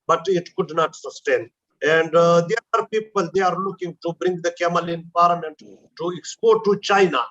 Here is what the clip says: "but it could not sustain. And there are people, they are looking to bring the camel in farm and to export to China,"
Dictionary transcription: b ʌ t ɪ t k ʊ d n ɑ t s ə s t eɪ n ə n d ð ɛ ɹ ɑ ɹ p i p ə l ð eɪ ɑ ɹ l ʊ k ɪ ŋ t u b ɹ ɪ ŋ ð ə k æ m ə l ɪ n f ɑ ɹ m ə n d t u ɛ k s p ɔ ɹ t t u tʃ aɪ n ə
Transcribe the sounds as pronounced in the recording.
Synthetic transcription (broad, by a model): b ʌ t ɪ t k ʊ d n ɑ t s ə s t eɪ n ə n d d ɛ ɑ ɹ p i p ə l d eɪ ɑ ɹ l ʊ k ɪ ŋ t u b ɹ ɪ ŋ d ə k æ m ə l ɪ n p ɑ ɹ m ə n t t u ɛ k s p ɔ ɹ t t u tʃ aɪ n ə